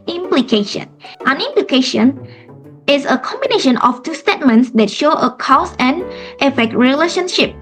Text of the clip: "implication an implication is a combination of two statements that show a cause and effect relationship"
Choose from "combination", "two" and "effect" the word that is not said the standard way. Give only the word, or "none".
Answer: none